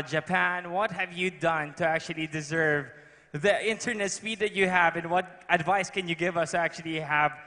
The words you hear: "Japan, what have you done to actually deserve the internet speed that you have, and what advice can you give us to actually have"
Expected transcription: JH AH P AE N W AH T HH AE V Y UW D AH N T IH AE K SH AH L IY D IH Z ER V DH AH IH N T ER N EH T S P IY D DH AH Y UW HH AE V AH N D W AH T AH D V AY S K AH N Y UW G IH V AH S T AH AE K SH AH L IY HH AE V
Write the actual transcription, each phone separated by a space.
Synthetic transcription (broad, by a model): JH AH P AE N W AH T HH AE V Y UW D AH N T IH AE K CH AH L IY D IH Z ER V DH AH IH N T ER N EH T S P IY D DH AH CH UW HH AE V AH N W AH T AH D V AY S K AH N Y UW G IH V AH S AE K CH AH L IY HH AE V